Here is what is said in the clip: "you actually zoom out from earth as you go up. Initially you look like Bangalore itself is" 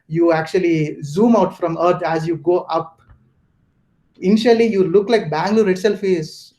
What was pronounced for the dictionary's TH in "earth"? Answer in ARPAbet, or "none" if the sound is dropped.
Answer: T